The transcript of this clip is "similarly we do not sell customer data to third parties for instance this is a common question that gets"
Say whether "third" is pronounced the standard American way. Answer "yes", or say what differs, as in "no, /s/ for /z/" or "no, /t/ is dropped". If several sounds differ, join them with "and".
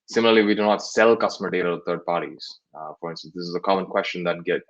no, /t/ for /θ/